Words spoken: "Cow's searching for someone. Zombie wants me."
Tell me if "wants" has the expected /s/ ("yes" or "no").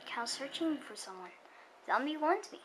no